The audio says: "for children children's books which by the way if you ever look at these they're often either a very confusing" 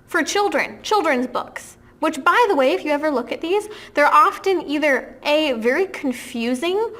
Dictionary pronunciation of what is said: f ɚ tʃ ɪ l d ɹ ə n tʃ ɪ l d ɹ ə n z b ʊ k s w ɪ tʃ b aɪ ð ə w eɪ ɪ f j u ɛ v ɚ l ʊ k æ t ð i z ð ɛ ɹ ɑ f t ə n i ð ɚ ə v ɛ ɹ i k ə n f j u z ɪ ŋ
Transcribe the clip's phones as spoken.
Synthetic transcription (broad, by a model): f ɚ tʃ ɪ l d ɹ ə n tʃ ɪ l d ɹ ə n z b ʊ k s w ɪ tʃ b aɪ ð ə w eɪ ɪ f j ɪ ɛ v ɚ l ʊ k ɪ t ð i z ð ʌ ɹ ɑ f t ə n i ð ɚ ə v ɛ ɹ i k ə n f j u z ɪ ŋ